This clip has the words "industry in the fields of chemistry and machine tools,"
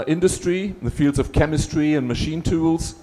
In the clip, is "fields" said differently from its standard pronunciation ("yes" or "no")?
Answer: no